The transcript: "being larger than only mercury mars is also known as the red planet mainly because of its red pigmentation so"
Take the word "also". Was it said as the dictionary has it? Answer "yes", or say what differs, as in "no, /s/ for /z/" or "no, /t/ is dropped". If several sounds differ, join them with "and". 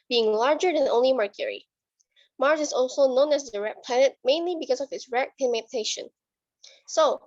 yes